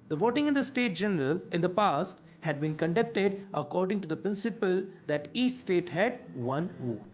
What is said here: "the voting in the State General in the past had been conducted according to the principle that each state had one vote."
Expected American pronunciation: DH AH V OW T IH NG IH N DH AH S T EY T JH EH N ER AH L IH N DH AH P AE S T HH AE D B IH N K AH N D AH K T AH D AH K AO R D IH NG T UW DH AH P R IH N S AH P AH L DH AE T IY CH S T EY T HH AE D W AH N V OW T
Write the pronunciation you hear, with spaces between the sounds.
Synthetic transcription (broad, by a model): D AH V OW T IH NG IH N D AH S T EY T JH EH N ER AH L IH N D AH P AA S T HH AE D B IH N K AH N D AH K T AH D AH K AO R D IH NG T UW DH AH P R IH N S AH P AH L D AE T IY CH S T EY T HH AE D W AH N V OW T